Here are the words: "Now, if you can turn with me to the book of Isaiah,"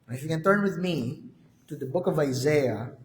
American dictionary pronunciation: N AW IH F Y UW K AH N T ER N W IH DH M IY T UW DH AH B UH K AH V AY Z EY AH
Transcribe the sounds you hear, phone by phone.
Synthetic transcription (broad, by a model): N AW IH F Y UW K AH N T ER N W IH DH M IY T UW DH AH B UH K AH V AY Z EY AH